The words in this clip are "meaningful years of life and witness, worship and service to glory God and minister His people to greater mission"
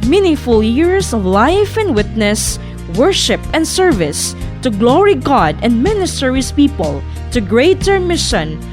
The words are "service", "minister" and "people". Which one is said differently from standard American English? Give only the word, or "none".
none